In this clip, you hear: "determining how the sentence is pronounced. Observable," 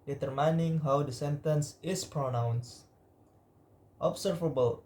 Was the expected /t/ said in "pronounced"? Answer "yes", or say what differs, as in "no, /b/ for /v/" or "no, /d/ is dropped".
yes